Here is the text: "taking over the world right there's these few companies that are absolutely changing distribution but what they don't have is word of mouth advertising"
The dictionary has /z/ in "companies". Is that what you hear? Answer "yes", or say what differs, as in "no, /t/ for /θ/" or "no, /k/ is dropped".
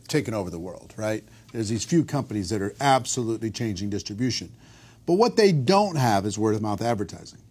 yes